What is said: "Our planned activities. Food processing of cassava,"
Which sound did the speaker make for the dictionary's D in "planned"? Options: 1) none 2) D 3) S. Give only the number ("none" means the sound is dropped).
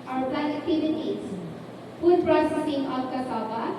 1